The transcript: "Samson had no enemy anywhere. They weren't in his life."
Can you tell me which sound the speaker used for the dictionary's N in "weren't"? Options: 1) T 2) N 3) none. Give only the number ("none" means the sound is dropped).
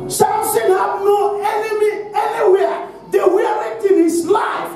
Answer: 3